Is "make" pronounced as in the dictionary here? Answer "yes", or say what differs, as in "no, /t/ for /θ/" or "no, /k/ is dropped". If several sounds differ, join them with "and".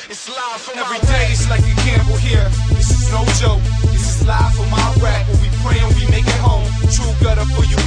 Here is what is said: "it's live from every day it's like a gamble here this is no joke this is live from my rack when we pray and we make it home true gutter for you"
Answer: yes